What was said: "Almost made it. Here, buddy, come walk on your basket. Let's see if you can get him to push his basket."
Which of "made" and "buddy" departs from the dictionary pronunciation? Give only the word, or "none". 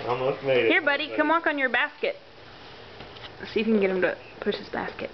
made